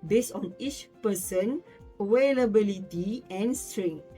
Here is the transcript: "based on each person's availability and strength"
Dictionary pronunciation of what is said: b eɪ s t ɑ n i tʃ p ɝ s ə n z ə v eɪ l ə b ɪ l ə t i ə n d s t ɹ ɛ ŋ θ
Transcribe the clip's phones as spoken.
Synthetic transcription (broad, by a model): b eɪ s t ɑ n i tʃ p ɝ s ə n ə w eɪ l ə b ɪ l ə t i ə n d s t ɹ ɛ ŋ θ